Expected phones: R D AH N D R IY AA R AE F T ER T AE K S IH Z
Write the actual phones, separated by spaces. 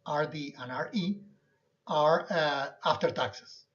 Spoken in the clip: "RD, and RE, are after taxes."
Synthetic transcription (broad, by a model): R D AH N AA R IY AA R AE F T ER T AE K S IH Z